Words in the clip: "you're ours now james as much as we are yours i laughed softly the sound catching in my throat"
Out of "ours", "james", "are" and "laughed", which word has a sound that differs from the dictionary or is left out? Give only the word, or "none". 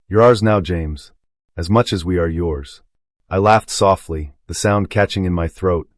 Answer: none